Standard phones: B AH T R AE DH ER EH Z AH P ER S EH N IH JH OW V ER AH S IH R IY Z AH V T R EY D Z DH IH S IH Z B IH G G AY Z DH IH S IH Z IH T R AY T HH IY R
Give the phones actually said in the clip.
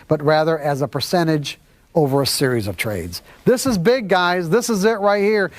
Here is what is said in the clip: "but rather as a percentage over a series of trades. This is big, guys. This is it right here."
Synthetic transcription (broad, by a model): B AH T R AE DH ER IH Z AH P ER S EH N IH JH OW V ER AH S IH R IY Z AH V T R EY D Z DH IH S IH Z B IH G G AY Z DH IH S IH Z IH T R AY T HH IY R